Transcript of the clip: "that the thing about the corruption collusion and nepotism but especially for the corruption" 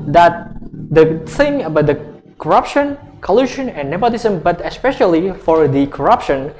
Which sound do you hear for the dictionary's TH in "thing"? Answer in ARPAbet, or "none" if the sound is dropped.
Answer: S